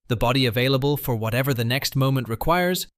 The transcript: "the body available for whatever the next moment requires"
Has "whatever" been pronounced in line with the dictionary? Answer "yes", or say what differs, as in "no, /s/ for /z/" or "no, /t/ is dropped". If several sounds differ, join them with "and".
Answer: yes